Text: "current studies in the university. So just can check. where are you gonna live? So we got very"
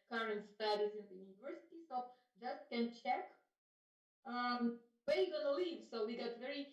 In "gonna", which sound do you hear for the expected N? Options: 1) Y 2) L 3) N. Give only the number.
2